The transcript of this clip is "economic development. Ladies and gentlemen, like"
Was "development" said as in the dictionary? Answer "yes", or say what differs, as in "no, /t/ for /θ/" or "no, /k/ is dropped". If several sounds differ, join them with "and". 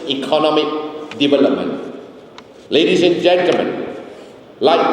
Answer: no, /b/ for /v/